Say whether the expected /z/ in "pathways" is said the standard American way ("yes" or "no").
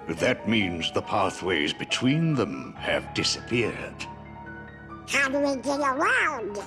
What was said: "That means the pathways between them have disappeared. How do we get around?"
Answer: yes